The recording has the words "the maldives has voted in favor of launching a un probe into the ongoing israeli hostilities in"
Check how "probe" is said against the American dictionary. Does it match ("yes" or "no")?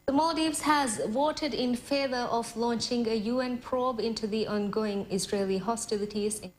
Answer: yes